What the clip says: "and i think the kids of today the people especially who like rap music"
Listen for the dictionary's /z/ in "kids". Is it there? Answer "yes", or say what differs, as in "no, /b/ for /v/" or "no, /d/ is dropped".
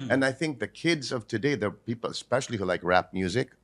yes